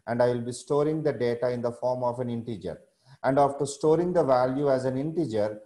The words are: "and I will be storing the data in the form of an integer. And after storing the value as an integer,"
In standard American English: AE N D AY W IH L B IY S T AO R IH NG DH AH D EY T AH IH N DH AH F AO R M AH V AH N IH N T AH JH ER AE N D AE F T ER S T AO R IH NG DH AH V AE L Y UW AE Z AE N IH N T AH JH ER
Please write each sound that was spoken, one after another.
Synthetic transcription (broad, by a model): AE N D AY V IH L B IY S T AO R IH NG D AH D EY T AH IH N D AH F AO R M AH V AH N IH N T AH JH ER AE N D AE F T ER S T AO R IH NG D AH V AE L Y UW AE Z AE N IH N T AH JH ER